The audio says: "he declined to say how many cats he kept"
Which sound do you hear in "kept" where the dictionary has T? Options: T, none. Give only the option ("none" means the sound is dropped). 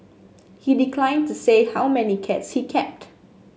T